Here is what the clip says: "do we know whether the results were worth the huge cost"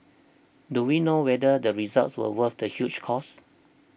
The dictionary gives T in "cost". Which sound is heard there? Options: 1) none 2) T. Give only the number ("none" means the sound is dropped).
1